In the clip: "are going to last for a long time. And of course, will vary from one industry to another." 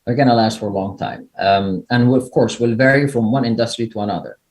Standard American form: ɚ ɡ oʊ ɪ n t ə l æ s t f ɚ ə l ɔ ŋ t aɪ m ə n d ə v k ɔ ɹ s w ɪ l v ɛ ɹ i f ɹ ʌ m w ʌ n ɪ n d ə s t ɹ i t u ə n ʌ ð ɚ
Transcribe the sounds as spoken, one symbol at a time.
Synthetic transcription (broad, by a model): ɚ ɡ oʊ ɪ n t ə l æ s t f ɚ ə l ɔ ŋ t aɪ m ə n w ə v k ɔ ɹ s w ɪ l v ɛ ɹ i f ɹ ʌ m w ʌ n ɪ n d ə s t ɹ i t u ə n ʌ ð ɚ